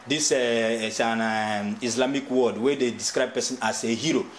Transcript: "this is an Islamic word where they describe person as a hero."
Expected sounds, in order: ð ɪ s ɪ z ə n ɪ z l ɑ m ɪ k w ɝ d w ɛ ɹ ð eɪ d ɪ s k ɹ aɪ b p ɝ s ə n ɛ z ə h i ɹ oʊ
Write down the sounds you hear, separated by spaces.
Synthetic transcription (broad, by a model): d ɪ s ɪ s ə n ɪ s l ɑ m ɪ k w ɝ d w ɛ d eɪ d ɪ s k ɹ aɪ b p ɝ s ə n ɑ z ə h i ɹ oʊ